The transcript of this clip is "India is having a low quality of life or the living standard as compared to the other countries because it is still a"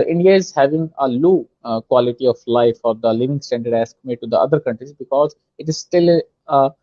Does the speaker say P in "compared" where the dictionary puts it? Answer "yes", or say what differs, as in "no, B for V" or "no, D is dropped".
no, P is dropped